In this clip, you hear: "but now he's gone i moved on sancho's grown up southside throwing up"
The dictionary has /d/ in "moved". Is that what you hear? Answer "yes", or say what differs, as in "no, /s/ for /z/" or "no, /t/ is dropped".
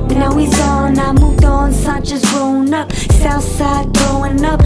yes